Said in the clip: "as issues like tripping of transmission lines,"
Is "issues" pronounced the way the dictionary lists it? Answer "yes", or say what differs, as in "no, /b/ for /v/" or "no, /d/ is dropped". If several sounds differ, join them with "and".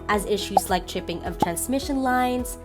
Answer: yes